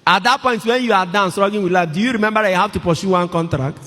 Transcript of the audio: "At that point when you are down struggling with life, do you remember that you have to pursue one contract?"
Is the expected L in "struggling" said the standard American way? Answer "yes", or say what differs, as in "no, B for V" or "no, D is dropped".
no, L is dropped